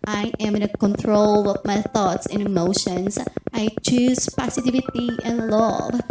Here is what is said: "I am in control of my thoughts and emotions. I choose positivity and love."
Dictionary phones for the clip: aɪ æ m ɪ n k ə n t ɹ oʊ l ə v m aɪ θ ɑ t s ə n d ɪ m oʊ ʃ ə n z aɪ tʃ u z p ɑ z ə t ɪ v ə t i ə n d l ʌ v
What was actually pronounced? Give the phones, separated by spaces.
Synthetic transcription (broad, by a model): aɪ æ m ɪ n k ə n t ɹ oʊ l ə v m aɪ θ ɑ t s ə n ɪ m oʊ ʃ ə n s aɪ tʃ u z p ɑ s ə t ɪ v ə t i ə n l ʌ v